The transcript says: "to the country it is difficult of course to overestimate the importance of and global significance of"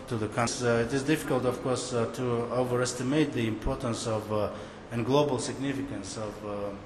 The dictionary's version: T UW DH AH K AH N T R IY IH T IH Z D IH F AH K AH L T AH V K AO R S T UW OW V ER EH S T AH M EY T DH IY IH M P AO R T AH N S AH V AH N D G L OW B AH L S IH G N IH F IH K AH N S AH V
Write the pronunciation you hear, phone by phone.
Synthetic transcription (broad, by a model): T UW DH AH K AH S IH T IH Z D IH F AH K AH L T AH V K AO R S T UW OW V ER EH S T AH M EY T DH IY IH M P AO R T AH N S AH V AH N G L OW B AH L S IH G N IH F IH K AH N S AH V